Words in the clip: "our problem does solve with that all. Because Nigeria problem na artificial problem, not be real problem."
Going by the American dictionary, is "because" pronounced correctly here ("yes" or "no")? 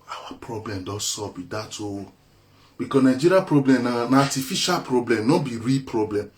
no